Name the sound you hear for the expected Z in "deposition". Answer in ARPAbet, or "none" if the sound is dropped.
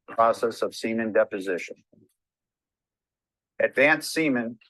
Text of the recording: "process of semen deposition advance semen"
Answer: Z